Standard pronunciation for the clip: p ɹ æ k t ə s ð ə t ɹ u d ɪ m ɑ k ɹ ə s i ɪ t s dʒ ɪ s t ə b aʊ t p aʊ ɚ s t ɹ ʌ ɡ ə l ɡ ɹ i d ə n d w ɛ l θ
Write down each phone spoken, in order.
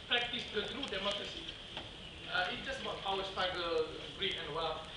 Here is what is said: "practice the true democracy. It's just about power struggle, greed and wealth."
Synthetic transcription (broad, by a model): p ɹ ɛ k t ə s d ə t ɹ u d ɪ m ɑ k ɹ ə s i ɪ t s dʒ ɪ s t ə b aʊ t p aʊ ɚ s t ɑ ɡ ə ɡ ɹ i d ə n w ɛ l